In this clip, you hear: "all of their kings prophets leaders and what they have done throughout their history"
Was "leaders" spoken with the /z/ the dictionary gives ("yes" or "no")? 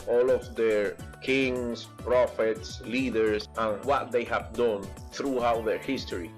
no